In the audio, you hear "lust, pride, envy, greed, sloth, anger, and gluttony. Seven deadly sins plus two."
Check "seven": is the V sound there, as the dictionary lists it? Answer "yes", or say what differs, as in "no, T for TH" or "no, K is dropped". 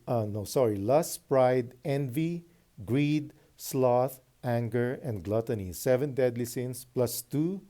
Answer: yes